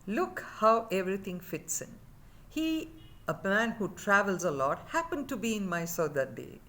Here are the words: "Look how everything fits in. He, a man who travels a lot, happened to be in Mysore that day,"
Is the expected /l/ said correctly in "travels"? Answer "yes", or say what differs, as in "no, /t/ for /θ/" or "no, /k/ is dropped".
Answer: yes